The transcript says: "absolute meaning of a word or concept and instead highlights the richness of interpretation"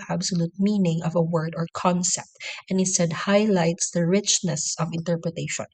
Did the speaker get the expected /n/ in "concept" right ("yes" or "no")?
yes